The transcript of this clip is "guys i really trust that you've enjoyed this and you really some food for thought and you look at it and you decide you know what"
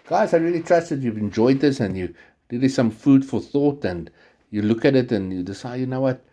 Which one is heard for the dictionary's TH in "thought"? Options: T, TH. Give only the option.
TH